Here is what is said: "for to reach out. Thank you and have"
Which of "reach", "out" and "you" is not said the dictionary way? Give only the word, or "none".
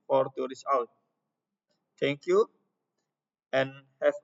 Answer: reach